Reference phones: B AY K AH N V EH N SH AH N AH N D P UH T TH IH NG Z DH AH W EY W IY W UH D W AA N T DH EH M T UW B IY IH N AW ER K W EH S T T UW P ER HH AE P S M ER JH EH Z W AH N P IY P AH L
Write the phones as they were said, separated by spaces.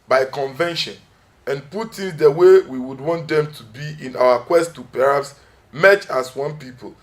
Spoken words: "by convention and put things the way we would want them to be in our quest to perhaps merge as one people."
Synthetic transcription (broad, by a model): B AY K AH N V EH N SH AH N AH N P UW T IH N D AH W EY W IY W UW D W AA N T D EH M T UW B IY IH N AW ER K W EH S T T UW P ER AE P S M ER CH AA S W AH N P IY P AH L